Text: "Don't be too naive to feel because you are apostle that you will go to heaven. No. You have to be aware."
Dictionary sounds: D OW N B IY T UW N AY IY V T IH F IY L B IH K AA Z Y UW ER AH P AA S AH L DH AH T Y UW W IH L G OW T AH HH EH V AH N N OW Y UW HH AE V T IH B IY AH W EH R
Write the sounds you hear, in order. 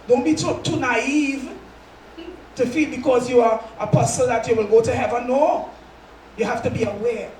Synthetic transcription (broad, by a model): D OW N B IY T UW N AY IY V T IH F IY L B IH K AA Z Y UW ER AH P AA S AH L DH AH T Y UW W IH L G OW T AH HH EH V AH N N OW Y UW HH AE F T IH B IY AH W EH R